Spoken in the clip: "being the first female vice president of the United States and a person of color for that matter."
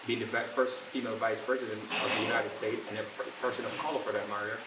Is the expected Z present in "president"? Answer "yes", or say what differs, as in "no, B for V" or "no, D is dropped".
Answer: yes